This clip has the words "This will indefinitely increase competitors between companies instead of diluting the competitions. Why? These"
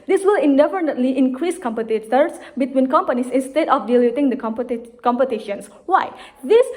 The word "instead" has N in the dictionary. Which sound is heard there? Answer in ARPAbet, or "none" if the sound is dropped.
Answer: N